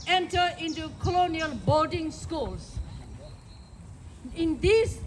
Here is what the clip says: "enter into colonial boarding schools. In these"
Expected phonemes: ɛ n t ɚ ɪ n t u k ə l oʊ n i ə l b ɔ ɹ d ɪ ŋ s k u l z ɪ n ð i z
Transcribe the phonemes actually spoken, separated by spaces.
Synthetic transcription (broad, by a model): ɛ n t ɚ ɪ n t u k ə l oʊ n i ə l b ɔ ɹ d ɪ ŋ s k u l s ɪ n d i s